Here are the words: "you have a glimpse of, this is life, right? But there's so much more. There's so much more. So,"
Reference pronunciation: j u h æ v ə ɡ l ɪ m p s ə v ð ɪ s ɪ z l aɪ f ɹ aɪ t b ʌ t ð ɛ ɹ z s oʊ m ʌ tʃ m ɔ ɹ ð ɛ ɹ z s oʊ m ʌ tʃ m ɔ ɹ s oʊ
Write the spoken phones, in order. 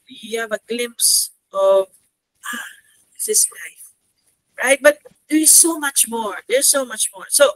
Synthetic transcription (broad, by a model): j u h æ v ə ɡ l ɪ m p s ə v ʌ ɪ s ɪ s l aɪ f ɹ aɪ t b ʌ t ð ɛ ɹ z s oʊ m ʌ tʃ m ɔ ɹ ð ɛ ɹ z s oʊ m ʌ tʃ m ɔ ɹ s oʊ